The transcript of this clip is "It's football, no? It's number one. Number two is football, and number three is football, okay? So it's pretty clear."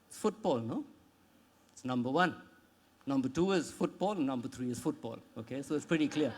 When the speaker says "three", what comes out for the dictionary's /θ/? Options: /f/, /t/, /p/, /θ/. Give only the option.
/t/